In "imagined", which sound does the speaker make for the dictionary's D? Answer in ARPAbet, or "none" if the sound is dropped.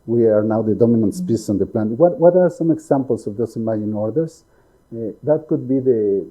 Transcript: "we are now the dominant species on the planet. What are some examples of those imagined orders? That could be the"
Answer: none